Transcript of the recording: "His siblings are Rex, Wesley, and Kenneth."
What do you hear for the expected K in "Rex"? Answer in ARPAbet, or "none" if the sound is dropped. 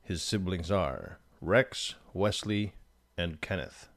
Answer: K